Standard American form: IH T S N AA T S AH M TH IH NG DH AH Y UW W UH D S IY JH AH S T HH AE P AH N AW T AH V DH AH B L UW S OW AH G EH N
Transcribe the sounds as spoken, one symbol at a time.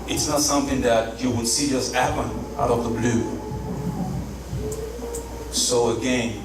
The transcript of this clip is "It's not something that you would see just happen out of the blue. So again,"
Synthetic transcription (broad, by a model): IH T S N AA T S AH M TH IH NG DH AH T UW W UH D S IY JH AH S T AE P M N AW T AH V DH AH B L UW S OW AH G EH N